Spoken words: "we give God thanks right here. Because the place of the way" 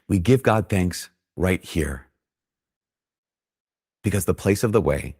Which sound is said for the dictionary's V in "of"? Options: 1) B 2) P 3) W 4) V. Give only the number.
4